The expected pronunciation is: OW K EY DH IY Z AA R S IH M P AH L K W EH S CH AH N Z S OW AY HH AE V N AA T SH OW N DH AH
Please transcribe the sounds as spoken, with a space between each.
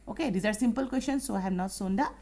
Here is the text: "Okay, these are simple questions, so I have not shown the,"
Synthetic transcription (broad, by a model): OW K EY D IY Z AA R S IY M P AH L K W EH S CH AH N S OW AY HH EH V N AA T S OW N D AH